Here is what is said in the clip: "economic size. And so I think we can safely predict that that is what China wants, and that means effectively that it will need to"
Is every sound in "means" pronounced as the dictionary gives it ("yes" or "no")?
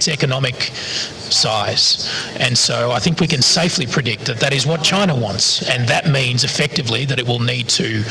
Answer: yes